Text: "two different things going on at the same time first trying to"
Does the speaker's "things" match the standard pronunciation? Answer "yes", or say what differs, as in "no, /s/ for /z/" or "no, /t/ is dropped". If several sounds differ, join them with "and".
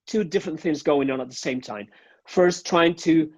yes